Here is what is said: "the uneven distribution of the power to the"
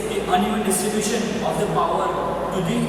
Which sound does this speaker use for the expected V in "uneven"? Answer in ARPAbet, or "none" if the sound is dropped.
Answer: none